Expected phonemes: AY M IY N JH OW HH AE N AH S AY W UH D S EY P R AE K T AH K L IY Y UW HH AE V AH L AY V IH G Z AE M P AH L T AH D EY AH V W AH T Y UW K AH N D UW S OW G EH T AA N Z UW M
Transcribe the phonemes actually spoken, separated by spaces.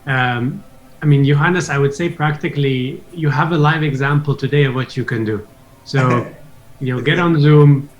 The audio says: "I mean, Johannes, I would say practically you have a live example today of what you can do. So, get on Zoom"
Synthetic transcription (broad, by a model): AY M IY N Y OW HH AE N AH S AY W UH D S EY P R AE K T AH K L IY Y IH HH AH V AH L AY V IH G Z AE M P L T AH D EY AH V W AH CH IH K AH N D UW S OW G EH T N Z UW M